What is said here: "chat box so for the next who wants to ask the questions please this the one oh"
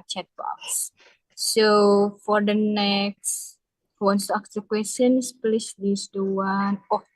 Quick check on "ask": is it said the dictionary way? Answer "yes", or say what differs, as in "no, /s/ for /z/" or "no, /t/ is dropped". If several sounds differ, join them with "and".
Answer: no, /s/ is dropped